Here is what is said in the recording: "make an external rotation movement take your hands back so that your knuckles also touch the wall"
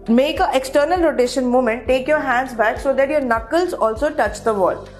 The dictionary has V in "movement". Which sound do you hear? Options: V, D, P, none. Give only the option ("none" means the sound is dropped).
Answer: none